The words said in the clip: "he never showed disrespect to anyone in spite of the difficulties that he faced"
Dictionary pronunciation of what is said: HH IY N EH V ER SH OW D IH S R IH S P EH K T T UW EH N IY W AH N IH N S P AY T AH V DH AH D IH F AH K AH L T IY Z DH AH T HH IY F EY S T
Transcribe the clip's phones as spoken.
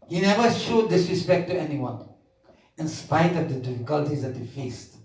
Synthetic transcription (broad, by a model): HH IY N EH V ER SH OW D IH S R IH S P EH K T T UW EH N IY W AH N IH N S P AY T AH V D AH D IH F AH K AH L T IY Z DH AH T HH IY F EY S T